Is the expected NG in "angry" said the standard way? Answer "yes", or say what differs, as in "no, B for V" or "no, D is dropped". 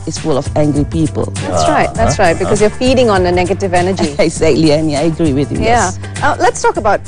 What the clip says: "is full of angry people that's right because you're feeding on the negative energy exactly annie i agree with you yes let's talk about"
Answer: yes